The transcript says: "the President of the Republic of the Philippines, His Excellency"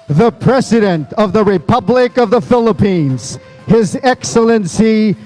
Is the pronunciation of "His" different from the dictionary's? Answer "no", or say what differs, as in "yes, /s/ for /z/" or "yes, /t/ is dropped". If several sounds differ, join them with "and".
no